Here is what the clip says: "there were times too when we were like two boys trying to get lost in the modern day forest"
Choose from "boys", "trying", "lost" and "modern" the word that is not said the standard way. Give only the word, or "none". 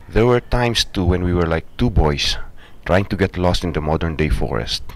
boys